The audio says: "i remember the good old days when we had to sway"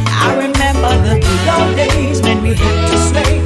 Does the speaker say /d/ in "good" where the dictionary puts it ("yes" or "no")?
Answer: no